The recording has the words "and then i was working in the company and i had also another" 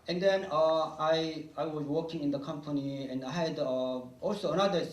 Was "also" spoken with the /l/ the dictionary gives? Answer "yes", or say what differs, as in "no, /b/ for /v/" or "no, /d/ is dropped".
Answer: yes